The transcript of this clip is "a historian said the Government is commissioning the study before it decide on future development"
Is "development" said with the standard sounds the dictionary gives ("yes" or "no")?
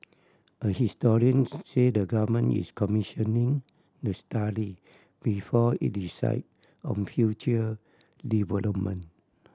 no